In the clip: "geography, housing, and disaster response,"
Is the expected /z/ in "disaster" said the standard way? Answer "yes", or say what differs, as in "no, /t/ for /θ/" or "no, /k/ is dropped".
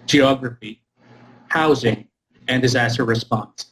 yes